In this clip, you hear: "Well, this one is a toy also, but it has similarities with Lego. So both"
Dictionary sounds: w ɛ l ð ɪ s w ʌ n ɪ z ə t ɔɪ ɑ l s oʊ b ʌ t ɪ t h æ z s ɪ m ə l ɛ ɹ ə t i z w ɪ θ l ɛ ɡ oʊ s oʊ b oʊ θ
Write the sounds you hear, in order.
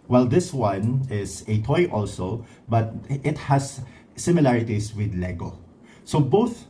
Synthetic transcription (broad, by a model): w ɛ l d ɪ s w ʌ n ɪ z ə t ɔɪ ɑ l s oʊ b ʌ t ɪ t h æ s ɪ m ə l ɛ ɹ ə t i s w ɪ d l ɛ ɡ oʊ s oʊ b oʊ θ